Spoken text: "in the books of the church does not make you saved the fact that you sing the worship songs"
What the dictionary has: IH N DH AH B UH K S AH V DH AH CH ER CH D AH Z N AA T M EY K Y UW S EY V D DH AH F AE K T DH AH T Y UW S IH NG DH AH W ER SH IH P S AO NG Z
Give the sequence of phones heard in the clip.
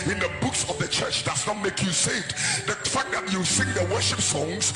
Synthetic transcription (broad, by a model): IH N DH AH B UH K S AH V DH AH CH ER CH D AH S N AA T M EY K Y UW S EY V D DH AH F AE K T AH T Y UW S IH NG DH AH W ER SH IH P S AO NG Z